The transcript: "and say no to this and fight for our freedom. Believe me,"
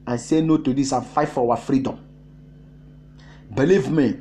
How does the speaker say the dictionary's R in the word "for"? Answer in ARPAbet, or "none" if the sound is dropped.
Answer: W